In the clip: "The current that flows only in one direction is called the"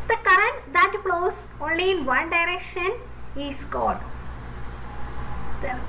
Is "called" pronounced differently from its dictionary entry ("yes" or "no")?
yes